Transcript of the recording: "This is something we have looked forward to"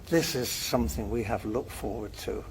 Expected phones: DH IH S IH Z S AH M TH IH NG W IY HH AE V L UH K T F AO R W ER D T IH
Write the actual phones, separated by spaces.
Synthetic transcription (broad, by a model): DH IH S IH Z S AH M TH IH NG W IY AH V L UH K T F AO R W ER D T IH